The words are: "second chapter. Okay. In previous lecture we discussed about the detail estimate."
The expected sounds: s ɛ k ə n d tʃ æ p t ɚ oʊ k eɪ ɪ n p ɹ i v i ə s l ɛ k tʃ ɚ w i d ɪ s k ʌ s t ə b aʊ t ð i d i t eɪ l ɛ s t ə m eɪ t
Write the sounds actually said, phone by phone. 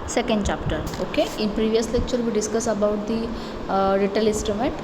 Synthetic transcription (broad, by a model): s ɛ k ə n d tʃ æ p t ɚ oʊ k eɪ ɪ n p ɹ i v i ə s l ɛ k tʃ ɚ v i d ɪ s k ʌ s ə b aʊ t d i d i t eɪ l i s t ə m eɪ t